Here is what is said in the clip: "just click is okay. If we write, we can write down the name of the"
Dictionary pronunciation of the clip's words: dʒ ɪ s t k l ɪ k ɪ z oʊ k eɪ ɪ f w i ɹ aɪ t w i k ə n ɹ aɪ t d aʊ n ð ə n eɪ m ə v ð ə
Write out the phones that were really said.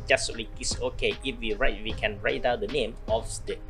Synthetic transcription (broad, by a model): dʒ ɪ s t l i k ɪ s oʊ k eɪ ɪ f w i ɹ aɪ t w i k ə n ɹ aɪ t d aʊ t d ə n eɪ m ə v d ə